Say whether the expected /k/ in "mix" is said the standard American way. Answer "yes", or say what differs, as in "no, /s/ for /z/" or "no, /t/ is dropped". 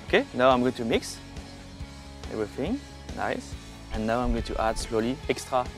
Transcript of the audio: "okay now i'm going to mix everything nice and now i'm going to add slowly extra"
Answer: yes